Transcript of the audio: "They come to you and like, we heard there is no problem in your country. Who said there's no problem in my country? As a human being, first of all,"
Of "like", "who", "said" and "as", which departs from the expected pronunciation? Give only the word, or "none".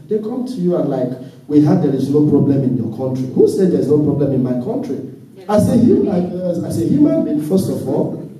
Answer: as